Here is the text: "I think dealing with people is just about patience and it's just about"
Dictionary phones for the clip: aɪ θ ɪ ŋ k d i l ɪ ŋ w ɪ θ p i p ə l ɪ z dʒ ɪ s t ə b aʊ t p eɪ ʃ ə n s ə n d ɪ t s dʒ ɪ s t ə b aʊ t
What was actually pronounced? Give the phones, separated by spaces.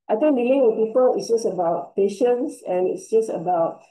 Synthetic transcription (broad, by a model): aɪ t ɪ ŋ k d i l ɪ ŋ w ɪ p i p ə l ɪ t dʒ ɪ s ə b aʊ t p eɪ ʃ ə n s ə n ɪ t s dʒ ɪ s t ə b aʊ t